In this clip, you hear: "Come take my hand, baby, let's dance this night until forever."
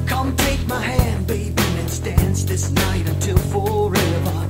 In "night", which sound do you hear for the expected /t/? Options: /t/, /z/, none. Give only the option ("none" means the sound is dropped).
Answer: /t/